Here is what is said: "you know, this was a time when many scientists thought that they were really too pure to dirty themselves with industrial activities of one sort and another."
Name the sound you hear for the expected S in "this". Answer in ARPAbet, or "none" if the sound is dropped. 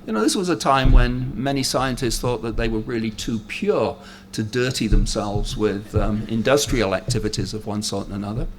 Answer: S